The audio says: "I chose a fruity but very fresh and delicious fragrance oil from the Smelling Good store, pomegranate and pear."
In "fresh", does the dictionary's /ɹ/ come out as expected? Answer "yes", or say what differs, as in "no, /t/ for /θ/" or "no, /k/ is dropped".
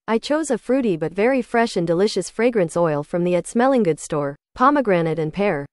yes